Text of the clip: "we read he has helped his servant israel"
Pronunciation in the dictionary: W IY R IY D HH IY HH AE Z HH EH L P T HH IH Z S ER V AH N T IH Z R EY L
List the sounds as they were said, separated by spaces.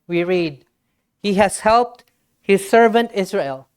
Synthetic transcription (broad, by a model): W IY R IY D HH IY HH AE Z HH EH L P T HH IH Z S ER V AH N T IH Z R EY L